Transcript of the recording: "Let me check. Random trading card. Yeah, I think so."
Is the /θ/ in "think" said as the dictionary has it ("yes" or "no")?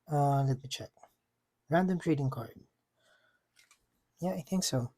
yes